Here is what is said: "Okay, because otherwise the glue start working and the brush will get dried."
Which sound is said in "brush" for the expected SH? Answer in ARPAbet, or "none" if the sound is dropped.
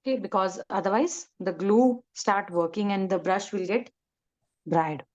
SH